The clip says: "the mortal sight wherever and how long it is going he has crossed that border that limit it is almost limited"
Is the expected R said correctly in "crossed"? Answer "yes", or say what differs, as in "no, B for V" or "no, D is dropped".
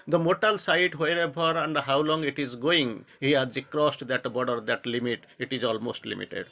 yes